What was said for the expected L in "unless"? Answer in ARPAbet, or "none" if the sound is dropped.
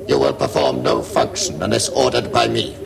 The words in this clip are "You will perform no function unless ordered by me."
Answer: none